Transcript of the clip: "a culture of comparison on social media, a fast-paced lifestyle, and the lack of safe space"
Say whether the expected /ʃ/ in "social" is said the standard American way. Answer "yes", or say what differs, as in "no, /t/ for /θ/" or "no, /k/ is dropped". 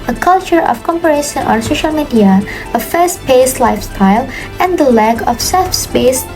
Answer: yes